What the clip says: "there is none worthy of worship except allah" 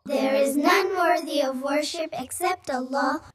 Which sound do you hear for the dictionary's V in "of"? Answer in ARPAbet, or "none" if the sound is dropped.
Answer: V